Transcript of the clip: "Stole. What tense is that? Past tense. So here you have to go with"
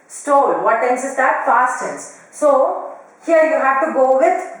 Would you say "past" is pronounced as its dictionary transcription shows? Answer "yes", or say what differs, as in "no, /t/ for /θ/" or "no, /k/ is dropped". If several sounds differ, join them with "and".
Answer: no, /f/ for /p/